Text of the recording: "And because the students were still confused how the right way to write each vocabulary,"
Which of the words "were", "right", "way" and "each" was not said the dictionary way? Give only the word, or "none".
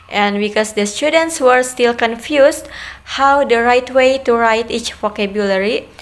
none